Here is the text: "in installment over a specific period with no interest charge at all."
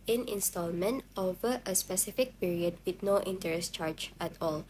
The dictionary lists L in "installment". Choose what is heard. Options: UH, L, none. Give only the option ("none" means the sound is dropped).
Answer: L